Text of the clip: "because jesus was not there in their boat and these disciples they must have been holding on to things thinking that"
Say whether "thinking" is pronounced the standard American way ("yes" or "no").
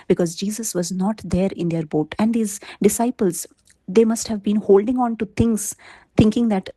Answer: no